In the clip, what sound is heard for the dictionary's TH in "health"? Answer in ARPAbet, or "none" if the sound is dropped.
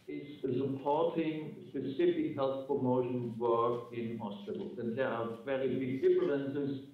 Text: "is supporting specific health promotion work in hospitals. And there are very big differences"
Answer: TH